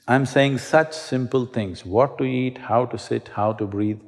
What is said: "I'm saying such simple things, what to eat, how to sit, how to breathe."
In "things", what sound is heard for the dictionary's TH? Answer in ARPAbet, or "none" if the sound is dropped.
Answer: T